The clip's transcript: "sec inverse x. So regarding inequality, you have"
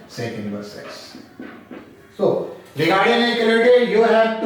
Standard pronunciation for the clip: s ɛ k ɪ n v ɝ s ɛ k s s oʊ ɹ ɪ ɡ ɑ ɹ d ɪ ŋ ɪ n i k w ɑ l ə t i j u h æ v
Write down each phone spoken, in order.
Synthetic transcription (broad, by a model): s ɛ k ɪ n b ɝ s ɛ k s s oʊ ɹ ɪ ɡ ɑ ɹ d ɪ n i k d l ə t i j u h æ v